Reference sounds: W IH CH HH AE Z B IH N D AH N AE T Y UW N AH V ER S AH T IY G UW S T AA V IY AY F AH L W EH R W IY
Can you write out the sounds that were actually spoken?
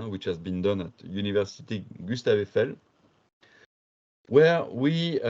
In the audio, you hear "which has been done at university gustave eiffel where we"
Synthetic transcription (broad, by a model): W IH CH HH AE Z B IH N D AH N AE T Y UW N AH V ER S AH T IY G UW S T AA V IY F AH L W EH R W IY